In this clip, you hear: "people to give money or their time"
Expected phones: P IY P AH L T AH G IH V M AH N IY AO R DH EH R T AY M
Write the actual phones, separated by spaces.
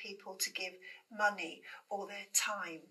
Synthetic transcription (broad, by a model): IY P AH L T AH G IH V M AH N IY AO L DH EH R T AY M